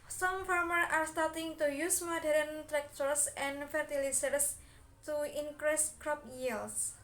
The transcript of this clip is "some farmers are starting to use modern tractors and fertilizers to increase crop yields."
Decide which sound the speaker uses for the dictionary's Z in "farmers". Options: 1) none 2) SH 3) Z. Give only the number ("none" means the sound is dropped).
1